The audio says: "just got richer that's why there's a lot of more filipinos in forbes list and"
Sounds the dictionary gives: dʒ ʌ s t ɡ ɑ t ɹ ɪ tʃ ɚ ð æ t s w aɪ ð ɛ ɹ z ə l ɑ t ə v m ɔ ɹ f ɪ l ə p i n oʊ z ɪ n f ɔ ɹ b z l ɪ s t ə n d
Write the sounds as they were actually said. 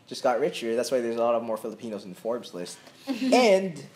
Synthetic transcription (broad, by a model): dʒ ʌ s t ɡ ɑ t ɹ ɪ tʃ ɚ ð æ t s w aɪ ð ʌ ɹ z ə l ɑ t ə v m ɔ ɹ f ɪ l ə p i n oʊ z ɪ n f ɔ ɹ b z l ɪ s t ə n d